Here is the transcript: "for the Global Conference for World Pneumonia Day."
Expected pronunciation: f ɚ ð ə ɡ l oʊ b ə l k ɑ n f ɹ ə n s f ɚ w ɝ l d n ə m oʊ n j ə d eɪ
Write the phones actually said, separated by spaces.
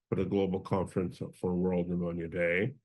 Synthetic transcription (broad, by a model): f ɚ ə ɡ l oʊ b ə l k ɑ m f ɹ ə n s f ɚ w ɝ l d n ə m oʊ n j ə d eɪ